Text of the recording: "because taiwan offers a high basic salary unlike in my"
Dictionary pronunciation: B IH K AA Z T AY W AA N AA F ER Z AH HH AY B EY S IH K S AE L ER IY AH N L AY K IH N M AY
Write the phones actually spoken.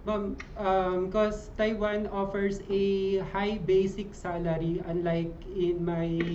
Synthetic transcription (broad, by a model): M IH K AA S T AY W AA N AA F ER S AH HH AY B EY S IH K S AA L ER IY AH N L AY K IH N M AY